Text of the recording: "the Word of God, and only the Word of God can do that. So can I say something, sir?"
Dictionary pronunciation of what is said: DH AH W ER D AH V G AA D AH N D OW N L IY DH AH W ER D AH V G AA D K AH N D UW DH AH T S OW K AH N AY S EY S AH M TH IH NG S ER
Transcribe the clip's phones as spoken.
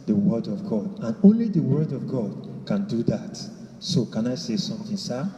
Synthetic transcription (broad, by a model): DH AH W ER D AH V G AA D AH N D OW N L IY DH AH W ER D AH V G AA D K AH N D UW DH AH T S OW K AH N AY S EY S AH M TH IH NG S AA